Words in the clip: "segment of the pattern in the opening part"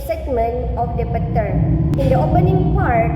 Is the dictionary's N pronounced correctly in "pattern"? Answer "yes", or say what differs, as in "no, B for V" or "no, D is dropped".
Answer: no, N is dropped